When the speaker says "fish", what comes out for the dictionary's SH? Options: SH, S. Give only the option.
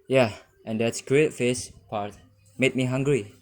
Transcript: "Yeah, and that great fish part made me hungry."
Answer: S